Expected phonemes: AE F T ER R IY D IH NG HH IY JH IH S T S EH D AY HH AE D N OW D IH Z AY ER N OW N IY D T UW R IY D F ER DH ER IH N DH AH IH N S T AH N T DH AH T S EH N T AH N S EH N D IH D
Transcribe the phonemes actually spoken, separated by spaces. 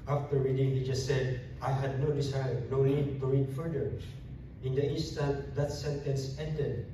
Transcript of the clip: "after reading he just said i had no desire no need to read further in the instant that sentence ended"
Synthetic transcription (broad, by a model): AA F T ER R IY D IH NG HH IY JH IH S T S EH D AY HH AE D N OW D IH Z AY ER N OW L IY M T UW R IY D F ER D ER IH N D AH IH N S T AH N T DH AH T S EH N T AH N S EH N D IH D